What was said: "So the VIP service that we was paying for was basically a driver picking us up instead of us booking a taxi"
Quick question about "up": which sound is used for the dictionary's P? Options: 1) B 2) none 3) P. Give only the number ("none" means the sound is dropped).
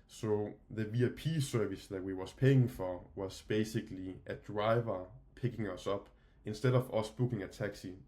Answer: 1